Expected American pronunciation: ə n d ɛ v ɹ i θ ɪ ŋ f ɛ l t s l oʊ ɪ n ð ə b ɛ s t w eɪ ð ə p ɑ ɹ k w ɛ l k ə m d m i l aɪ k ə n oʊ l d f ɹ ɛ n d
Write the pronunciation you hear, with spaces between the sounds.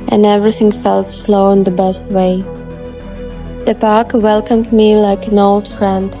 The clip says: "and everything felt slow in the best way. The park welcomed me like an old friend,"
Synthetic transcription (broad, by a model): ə n ɛ v ɹ i θ ɪ ŋ f ɛ l t s l oʊ ɪ n ð ə b ɛ s t w eɪ ð ə p ɑ ɹ k w ɛ l k ə m d m i l aɪ k ə n oʊ l d f ɹ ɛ n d